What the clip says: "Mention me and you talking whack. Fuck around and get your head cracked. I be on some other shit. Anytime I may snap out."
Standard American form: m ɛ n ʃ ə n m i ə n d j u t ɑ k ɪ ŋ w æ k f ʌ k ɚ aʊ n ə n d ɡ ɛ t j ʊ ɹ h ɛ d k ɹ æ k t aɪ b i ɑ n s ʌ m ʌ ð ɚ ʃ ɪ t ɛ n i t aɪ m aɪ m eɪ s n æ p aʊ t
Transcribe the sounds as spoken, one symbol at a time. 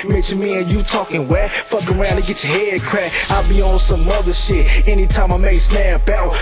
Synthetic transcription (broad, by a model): m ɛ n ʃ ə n m i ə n j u t ɑ k ɪ ŋ w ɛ f ʌ k ɚ aʊ n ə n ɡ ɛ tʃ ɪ h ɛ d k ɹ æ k aɪ b i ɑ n s ʌ m ʌ ð ɚ ʃ ɪ t ɛ n i t aɪ m aɪ m eɪ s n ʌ b aʊ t